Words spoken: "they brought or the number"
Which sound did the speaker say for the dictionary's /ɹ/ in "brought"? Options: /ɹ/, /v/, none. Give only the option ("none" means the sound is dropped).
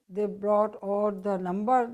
/ɹ/